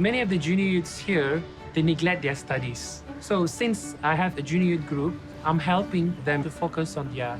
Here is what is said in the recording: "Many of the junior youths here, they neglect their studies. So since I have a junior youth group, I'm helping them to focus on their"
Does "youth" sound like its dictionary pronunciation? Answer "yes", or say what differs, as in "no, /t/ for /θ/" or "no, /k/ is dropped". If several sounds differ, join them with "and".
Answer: no, /t/ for /θ/